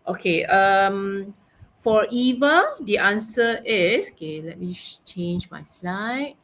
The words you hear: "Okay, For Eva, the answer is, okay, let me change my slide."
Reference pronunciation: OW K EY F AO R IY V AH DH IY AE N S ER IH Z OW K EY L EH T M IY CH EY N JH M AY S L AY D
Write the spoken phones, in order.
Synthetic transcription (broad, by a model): OW K EY F AO R IY V AH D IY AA N S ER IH S OW K EY L EH T M IY CH EY N JH M AY S L AY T